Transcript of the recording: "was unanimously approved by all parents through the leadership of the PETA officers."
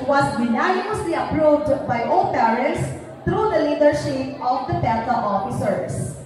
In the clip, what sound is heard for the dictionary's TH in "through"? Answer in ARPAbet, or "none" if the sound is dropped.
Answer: T